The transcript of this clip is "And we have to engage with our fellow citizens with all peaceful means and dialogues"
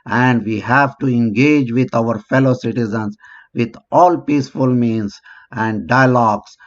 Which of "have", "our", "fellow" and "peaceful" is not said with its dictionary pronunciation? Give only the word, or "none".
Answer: none